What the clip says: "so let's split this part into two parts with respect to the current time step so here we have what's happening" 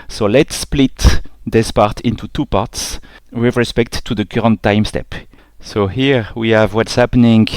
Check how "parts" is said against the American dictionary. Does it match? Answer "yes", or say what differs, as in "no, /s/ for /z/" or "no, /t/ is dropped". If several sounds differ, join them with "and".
yes